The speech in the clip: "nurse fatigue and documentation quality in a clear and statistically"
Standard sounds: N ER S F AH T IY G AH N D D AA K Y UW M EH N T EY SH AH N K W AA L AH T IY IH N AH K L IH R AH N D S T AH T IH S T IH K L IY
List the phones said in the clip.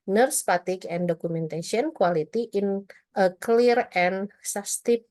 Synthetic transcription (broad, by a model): N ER S P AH T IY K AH N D D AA K UW M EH N T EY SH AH N K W AA L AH T IY IH N AH K L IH R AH N S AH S T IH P